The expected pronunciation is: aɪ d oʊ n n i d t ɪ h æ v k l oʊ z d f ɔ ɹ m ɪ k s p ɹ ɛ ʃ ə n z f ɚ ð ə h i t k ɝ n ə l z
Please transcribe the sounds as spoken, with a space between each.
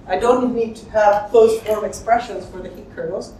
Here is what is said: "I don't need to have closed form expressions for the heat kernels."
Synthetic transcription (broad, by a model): aɪ d oʊ n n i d t ɪ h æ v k oʊ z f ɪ l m ɪ k s p ɹ ɛ ʃ ə n z f ɚ ð ə h i t k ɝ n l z